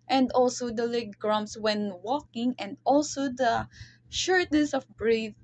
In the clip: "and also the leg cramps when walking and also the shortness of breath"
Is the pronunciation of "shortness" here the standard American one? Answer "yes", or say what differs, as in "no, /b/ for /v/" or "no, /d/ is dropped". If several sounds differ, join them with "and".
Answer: yes